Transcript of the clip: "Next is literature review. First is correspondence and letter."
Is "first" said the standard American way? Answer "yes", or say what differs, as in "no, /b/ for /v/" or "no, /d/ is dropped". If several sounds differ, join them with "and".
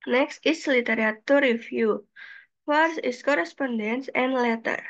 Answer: no, /t/ is dropped